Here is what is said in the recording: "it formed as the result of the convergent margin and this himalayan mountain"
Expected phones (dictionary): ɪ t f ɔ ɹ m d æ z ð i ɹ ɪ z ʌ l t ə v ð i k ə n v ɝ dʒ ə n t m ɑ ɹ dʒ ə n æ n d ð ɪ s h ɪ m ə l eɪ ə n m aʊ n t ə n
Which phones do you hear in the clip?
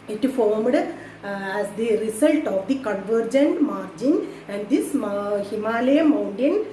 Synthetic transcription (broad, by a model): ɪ t f ɔ ɹ m d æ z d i ɹ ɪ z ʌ l t ə v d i k ə n v ɝ dʒ ə n t m ɑ ɹ dʒ ə n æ n d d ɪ s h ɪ m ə l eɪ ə m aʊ n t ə n